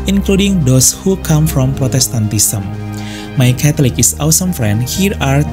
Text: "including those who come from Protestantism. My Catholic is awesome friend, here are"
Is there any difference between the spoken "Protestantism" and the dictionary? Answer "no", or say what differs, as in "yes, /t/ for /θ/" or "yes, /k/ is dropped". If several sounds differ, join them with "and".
yes, /s/ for /z/